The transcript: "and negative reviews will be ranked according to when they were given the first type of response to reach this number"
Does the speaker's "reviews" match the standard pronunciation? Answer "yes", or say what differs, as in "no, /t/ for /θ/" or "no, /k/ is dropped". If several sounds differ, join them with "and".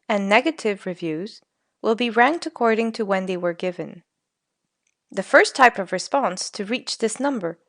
yes